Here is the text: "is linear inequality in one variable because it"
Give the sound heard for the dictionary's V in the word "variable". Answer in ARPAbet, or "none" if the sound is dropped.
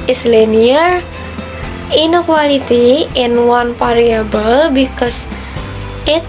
P